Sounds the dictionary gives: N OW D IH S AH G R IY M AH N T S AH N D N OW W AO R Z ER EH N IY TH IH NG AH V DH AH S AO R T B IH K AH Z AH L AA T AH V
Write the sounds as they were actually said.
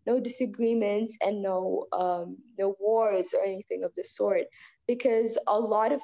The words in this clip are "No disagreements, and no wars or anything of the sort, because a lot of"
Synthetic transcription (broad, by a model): N OW D IH S AH G R IY M AH N T S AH N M N OW W AO R Z ER EH N IY TH IH NG AH V DH AH S AO R T B IH K AH Z AH L AA T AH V